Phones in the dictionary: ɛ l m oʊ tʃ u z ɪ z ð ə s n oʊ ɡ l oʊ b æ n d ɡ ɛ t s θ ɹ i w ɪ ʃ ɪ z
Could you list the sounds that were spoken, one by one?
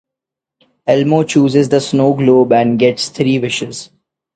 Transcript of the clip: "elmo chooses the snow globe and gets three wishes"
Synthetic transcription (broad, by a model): ɛ l m oʊ tʃ u z ɪ z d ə s n oʊ ɡ l oʊ b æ n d ɡ ɛ t s t ɹ i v ɪ ʃ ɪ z